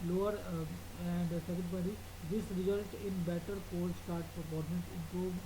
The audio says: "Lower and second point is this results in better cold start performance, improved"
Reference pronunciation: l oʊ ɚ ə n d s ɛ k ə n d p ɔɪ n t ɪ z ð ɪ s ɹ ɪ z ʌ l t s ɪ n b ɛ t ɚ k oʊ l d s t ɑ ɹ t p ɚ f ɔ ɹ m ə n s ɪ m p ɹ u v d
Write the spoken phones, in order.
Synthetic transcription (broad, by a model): l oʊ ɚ ə n d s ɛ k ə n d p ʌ t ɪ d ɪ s ɹ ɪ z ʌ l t ɪ n b ɛ t ɚ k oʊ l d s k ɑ ɹ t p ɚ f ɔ ɹ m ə n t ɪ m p ɹ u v